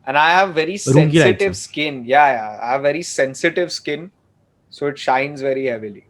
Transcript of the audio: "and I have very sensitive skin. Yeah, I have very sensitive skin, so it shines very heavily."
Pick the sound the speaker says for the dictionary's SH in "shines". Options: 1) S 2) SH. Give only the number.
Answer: 2